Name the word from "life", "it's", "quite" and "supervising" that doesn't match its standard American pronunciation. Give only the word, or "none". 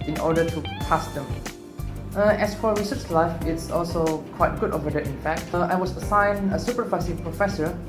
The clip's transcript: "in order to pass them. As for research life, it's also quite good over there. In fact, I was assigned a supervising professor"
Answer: supervising